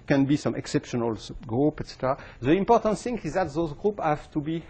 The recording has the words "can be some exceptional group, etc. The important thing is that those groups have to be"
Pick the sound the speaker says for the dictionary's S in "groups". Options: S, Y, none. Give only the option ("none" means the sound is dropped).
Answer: none